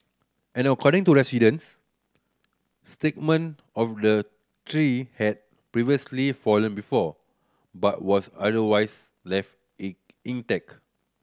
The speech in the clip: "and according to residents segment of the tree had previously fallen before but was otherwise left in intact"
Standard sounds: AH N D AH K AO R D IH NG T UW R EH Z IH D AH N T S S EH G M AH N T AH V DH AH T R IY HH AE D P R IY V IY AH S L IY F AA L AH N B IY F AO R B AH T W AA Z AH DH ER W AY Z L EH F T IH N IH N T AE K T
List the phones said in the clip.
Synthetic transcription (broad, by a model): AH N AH K AO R D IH NG T UW R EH S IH D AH N S S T EH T M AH N AH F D AH T R IY HH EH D P R IY V IY AH S L IY F AA L AH N B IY F AO B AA T W AA S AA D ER W AY S L EH F T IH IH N T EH K